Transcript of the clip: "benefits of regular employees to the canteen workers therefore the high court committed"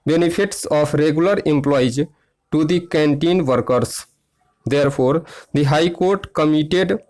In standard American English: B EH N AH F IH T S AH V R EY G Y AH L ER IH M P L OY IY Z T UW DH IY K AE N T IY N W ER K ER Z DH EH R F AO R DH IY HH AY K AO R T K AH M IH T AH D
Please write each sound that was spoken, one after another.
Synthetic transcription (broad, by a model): B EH N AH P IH T S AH P R EY G Y AH L ER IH M P L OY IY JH T UW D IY K AE N T IY N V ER K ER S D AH R P AO R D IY HH AY K AO R T K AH M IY T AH D